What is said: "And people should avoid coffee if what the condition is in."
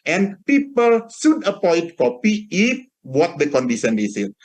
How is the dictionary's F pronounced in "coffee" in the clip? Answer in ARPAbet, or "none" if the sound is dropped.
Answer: P